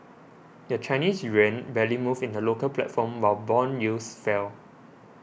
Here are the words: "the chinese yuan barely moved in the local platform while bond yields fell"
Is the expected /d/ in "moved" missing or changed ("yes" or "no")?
yes